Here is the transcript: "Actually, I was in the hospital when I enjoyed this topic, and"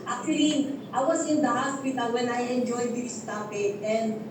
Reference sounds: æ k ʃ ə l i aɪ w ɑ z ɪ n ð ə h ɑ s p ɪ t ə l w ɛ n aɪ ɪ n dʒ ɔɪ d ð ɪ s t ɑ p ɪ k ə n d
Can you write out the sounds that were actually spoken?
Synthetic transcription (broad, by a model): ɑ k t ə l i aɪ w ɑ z ɪ n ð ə h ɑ s p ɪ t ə l w ɛ n aɪ ɪ n dʒ ɔɪ d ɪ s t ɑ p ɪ ə n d